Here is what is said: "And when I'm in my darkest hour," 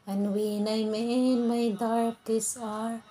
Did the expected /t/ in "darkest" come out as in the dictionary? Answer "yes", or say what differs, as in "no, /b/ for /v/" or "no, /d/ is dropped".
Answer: no, /t/ is dropped